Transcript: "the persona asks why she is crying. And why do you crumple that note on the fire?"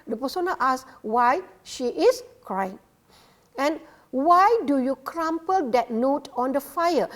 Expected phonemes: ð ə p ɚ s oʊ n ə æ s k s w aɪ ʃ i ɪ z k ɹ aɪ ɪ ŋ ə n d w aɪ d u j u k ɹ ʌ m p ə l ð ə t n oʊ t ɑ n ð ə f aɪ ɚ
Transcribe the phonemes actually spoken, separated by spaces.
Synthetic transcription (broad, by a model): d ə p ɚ s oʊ n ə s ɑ s w aɪ ʃ i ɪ s k ɹ aɪ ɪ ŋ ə n w aɪ d u j u k ɹ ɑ m p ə l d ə t n oʊ t ɑ n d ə f aɪ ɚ